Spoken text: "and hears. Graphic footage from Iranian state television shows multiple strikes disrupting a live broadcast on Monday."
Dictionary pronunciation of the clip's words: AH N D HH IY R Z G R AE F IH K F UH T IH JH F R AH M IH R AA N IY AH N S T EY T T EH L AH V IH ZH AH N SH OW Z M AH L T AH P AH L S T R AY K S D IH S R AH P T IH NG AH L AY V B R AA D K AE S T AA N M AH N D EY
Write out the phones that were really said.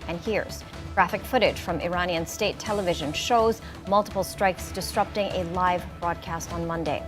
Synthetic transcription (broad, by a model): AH N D HH IY R Z G R AE F IH K F UH T IH JH F R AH M IH R AA N IY AH N S T EY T T EH L AH V IH ZH AH N SH OW Z M AH L T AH P L S T R AY K S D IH S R AH P T IH NG AH L AY V B R AA D K AE S T N M AH N D EY